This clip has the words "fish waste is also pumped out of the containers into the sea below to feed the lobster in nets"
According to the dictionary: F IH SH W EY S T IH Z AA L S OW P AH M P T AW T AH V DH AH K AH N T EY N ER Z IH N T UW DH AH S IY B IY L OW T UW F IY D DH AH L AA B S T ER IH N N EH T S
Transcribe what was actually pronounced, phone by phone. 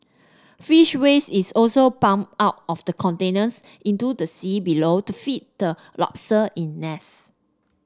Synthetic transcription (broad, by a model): F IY SH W EY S IH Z AA L S OW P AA M AW T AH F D AH K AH N T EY N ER S IH N T UW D AH S IY B IY L OW T UW F IY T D AH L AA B S T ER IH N N EH S